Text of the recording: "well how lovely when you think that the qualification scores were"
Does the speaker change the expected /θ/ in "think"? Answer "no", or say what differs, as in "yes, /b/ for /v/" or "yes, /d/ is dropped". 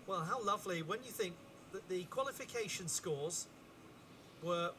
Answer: no